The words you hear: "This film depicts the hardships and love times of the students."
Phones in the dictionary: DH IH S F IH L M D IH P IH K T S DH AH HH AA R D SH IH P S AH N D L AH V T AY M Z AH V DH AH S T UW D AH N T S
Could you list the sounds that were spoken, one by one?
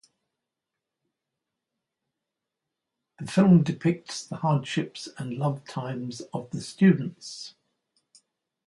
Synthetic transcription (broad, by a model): DH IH F IH L M D IH P IH K T S DH AH HH AA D SH IH P S AH N L AH V T AY M Z AH V DH AH S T UW D N T S